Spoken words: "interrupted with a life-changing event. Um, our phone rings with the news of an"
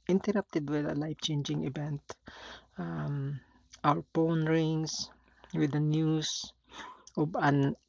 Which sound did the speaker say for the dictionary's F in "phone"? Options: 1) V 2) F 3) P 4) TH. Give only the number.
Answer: 3